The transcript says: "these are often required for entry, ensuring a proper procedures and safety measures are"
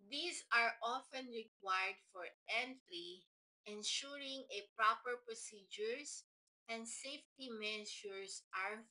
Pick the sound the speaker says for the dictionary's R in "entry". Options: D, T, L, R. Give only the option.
L